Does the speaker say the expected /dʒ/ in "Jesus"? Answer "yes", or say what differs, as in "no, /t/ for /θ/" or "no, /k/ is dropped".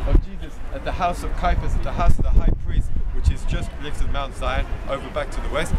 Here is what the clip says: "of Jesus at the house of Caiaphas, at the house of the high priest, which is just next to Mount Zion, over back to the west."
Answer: yes